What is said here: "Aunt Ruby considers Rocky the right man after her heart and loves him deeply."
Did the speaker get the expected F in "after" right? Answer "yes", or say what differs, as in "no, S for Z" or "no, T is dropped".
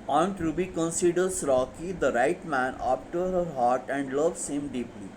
no, P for F